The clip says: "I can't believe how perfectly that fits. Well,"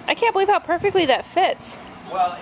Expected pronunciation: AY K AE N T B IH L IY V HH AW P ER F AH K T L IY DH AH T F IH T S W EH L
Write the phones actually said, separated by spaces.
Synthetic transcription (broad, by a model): AY K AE N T B IH L IY V HH AW P ER F AH K T L IY DH AH T F IH T S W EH